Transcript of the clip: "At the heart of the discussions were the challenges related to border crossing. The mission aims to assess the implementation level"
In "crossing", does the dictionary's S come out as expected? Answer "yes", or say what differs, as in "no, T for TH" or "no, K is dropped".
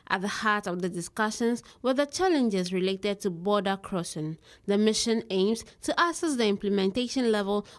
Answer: no, SH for S